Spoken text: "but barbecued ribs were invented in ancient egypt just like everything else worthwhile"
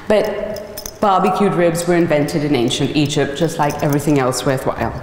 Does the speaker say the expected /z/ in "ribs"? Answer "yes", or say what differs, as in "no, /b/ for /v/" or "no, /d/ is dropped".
yes